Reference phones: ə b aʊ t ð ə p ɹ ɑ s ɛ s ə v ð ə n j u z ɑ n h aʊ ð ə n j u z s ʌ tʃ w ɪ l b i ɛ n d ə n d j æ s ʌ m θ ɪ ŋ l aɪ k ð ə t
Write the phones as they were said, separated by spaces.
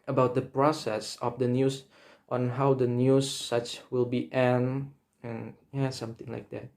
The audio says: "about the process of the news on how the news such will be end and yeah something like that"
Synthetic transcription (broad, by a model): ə b aʊ t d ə p ɹ ɑ s ɛ s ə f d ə n j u s ɑ n h aʊ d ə n j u s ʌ tʃ w ɪ l b i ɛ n ə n j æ s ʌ m t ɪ ŋ l aɪ k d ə t